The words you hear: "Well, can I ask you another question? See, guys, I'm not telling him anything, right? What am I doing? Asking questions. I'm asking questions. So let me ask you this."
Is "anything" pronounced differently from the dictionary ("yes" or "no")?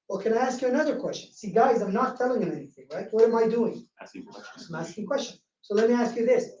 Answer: no